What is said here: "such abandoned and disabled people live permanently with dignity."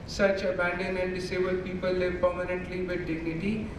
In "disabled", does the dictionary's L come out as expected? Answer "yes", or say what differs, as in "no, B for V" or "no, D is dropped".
no, L is dropped